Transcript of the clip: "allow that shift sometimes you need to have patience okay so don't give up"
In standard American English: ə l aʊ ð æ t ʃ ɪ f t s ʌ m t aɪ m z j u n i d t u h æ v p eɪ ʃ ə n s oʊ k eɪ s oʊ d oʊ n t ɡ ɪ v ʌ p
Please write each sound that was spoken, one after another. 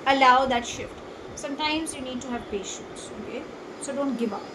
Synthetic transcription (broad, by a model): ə l aʊ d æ t ʃ ɪ f t s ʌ m t aɪ m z j u n i d t u h æ v p eɪ ʃ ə n s oʊ k eɪ s oʊ d oʊ n t ɡ ɪ v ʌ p